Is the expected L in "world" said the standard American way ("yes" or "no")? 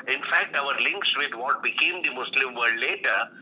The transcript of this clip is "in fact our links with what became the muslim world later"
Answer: no